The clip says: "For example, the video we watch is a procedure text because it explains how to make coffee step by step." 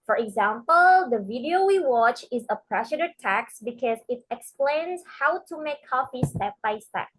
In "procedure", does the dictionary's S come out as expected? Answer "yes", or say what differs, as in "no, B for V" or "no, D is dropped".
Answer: no, SH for S